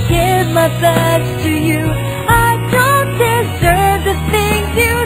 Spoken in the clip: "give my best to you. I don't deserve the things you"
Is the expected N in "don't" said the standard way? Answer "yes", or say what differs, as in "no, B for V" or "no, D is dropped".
yes